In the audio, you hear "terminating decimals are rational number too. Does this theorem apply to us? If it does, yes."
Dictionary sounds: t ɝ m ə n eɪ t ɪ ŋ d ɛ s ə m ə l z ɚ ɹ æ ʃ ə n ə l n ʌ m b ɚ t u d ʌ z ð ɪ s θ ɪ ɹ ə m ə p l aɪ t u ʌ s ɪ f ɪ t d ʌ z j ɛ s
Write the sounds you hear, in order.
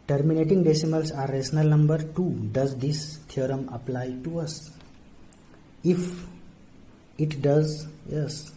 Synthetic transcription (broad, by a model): t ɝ m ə n eɪ t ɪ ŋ d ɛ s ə m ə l s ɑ ɹ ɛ s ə n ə l n ʌ m b ɚ t u d ʌ z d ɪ s t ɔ ɹ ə m ə p l aɪ t u ʌ s ɪ f ɪ t d ʌ z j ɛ s